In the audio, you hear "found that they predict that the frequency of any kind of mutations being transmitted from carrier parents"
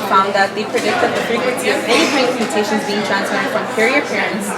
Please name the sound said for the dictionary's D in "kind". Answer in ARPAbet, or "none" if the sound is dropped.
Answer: none